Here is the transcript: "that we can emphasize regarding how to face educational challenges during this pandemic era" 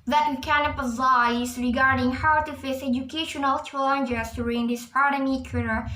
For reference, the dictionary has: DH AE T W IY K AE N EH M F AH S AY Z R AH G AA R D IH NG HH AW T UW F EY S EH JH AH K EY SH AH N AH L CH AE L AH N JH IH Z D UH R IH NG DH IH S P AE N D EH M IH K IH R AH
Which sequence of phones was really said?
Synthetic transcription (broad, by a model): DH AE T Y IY K AE N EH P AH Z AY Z R AH G AA R D IH NG HH AW T UW F EY S EH JH AH K EY SH AH N AH L CH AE L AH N JH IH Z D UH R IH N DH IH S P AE D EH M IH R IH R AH